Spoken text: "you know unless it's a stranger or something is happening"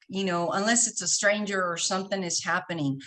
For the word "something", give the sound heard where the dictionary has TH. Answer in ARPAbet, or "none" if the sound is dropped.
TH